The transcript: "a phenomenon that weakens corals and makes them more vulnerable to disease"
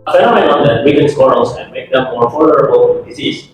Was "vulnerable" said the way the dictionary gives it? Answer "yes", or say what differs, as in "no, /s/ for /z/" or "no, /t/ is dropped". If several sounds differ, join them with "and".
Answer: no, /f/ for /v/